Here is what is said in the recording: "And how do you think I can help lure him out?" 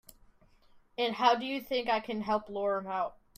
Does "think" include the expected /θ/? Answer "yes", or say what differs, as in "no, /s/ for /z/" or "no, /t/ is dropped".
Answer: yes